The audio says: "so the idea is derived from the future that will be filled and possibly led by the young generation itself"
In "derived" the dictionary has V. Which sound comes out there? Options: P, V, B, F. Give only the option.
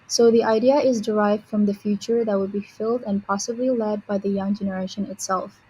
V